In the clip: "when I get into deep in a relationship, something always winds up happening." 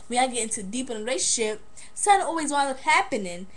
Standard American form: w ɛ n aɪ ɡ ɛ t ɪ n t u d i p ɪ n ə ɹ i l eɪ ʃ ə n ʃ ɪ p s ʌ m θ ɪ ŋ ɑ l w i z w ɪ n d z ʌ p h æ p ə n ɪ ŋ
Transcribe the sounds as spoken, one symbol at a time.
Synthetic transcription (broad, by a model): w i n aɪ ɡ ɛ t ɪ n t u d i p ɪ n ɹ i l eɪ ə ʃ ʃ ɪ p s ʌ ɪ ɑ l w i z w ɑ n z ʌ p h æ p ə n ɪ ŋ